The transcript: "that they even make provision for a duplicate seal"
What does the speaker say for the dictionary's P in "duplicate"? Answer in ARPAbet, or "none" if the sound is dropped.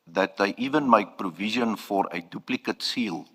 P